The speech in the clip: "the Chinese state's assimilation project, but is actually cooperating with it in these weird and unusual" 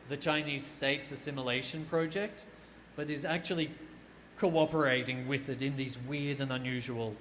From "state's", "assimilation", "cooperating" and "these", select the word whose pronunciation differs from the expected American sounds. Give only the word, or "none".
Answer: none